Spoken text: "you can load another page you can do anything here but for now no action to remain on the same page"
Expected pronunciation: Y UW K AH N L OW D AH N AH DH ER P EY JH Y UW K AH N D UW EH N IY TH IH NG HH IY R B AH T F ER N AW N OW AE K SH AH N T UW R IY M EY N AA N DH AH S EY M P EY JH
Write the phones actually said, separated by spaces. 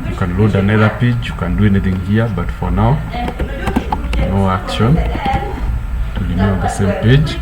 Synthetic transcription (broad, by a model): Y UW K AH N L OW D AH N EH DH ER P EY JH Y UW K AH N D UW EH N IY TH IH NG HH IY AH B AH T F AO N AW N OW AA K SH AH N T UW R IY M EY AA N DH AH S EY M P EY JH